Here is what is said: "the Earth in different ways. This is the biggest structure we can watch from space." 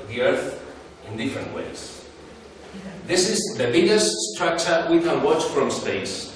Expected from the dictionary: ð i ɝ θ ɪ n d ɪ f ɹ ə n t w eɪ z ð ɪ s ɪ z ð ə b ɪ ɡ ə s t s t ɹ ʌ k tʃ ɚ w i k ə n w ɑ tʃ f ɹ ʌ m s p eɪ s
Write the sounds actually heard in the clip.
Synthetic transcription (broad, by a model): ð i ɝ θ ɪ n d ɪ f ɹ ə n t w eɪ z ð ɪ s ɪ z ð ə b ɪ ɡ ə s t s t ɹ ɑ k tʃ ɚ w i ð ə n w ɑ tʃ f ɹ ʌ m s p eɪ s